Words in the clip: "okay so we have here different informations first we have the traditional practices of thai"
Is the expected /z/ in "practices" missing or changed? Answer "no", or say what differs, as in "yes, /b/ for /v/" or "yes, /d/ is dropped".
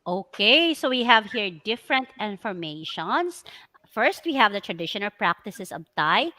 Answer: yes, /s/ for /z/